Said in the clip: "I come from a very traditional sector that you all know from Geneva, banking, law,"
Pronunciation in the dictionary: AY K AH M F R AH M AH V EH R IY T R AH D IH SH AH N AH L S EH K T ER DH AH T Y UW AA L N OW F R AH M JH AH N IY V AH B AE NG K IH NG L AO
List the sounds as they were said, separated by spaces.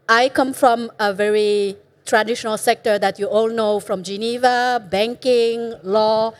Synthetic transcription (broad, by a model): AY K AH M F R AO M AH V EH R IY T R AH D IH SH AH N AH L S EH K T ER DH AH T Y UW AA L N OW F R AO M JH AH N IY V AH B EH NG K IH NG L AO